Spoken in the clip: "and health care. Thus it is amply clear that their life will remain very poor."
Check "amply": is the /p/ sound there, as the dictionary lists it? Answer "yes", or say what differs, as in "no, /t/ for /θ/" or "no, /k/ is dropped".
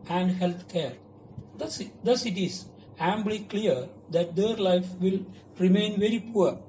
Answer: no, /b/ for /p/